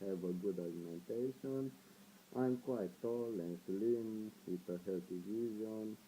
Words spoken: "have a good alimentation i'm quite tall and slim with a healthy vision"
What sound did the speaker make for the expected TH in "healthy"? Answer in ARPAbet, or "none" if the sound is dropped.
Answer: T